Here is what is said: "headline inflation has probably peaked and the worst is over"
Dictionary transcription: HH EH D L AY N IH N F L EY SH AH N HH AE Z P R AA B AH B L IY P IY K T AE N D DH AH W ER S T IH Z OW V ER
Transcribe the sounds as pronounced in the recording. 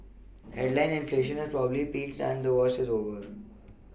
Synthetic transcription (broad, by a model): HH EH D L AY N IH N F L EY SH AH N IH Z P R AA B AH B L IY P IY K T AE N D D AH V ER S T IH Z OW V ER